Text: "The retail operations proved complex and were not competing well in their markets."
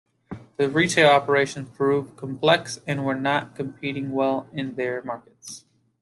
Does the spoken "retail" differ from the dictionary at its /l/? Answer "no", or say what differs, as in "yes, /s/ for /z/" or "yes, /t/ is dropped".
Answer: no